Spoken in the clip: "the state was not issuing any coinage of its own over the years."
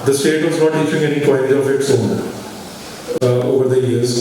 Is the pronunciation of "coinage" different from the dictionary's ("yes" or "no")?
yes